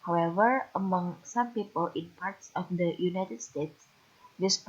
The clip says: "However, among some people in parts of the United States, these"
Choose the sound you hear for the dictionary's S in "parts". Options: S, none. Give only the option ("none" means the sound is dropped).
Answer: S